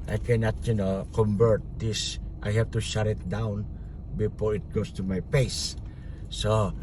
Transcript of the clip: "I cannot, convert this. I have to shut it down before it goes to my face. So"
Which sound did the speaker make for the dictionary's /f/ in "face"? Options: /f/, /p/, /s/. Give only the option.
/p/